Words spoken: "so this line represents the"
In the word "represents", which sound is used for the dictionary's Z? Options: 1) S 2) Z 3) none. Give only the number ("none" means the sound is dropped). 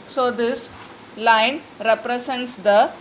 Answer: 1